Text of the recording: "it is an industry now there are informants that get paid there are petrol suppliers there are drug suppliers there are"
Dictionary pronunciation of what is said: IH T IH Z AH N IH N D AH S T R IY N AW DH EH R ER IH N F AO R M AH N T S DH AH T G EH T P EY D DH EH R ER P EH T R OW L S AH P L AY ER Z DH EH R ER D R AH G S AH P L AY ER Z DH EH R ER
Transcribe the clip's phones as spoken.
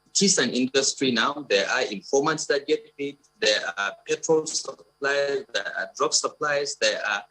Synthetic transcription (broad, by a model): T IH S AH N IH N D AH S T R IY N AW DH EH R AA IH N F AO M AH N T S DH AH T G EH T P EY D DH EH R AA P EH T R OW L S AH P L AY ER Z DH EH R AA D R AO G S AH P L AY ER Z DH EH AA